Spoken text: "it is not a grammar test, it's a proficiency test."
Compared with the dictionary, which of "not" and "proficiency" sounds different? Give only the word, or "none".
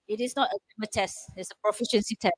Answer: none